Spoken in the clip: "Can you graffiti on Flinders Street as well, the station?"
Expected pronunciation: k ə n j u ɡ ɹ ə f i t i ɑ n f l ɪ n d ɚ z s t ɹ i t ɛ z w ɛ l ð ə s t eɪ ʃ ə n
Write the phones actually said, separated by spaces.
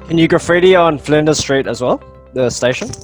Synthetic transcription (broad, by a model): k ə n j u ɡ ə f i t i ɑ n f l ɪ n d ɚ s t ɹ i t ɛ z w ɛ l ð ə s t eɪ ʃ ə n